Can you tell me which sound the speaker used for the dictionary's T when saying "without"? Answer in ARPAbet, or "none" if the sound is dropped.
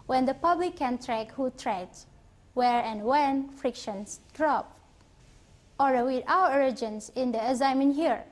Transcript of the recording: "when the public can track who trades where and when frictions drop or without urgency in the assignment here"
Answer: none